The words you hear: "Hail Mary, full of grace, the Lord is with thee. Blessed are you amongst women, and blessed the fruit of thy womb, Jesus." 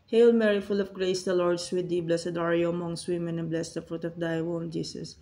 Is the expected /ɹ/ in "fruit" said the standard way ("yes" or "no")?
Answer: yes